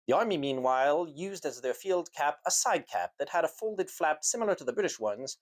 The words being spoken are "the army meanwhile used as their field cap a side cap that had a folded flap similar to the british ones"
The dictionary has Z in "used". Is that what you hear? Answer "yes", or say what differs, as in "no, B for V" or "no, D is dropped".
yes